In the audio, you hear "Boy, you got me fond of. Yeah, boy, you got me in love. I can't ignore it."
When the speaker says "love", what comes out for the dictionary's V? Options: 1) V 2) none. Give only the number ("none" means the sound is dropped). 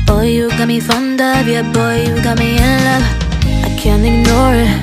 2